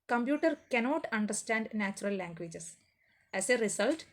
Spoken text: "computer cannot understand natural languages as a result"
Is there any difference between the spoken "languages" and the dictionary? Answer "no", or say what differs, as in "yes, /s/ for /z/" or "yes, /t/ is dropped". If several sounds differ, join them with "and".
yes, /s/ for /z/